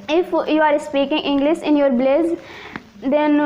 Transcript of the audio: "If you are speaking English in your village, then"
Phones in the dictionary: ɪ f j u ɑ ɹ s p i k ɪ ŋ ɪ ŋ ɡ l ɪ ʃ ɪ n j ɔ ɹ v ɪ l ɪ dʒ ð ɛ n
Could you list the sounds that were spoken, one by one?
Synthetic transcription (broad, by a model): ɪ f j u ɑ ɹ s p i k ɪ ŋ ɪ ŋ ɡ l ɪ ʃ ɪ n j ɔ ɹ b l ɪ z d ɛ n